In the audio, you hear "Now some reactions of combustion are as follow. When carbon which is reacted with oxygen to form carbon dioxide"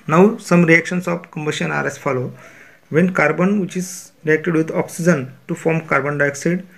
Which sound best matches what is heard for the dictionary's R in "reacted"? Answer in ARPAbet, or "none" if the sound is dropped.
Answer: R